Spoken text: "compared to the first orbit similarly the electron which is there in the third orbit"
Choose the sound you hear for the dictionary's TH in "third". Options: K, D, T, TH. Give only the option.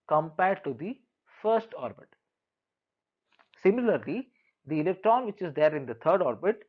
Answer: T